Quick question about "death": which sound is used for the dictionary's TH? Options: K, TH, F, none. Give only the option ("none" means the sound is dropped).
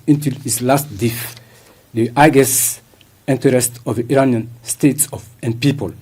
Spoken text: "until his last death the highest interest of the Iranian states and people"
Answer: F